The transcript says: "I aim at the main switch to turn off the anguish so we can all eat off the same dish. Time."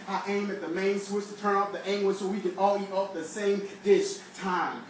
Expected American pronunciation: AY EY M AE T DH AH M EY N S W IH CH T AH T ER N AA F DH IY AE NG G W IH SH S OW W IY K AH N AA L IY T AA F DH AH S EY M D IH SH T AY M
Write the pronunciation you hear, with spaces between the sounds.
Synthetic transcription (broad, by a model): AY EY M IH T DH AH M EY N S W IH S T AH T ER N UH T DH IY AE NG G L S OW W IY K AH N AA L IY T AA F DH AH S EY M D IH SH T AY M